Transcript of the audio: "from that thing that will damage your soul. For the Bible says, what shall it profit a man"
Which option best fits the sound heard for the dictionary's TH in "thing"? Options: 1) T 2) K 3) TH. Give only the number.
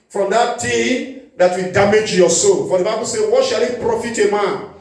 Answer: 1